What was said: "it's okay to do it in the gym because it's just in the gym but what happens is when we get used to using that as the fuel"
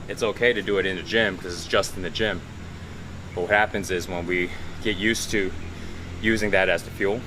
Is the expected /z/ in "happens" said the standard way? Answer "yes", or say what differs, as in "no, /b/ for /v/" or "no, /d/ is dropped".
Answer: yes